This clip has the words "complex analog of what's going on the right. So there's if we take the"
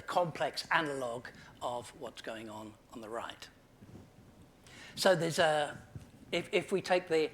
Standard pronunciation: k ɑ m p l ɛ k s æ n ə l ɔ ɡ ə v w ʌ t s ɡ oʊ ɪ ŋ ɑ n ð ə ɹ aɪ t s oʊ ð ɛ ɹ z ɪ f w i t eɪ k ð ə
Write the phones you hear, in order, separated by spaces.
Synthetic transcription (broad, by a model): k ɑ m p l ɛ k s æ n ə l ɔ ɡ ə v w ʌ t s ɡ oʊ ɪ ŋ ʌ n ð ə ɹ aɪ t s oʊ ð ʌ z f ɪ f w i t eɪ k ð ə